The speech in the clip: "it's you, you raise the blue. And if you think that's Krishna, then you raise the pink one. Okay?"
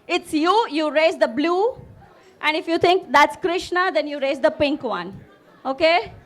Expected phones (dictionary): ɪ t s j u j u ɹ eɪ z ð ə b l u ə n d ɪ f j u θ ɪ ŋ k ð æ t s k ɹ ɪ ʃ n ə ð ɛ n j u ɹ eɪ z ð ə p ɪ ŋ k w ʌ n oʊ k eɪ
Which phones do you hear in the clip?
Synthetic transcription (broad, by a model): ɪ t s j u j u ɹ eɪ z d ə b l u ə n d ɪ f j u t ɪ ŋ k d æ t s k ɹ ɪ ʃ n ə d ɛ n j u ɹ eɪ z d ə p ɪ ŋ k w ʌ n oʊ k eɪ